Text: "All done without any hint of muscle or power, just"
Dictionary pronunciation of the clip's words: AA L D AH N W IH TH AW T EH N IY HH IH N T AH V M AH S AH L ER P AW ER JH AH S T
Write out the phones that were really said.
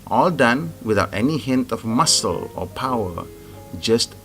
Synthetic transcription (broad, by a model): AA L D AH N W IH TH AW T EH N IY HH IH N T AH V M AH S AH L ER P AW ER JH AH S T